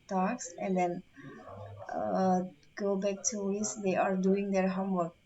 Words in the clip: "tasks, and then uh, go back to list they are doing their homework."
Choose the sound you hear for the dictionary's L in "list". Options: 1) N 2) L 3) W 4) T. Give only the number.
3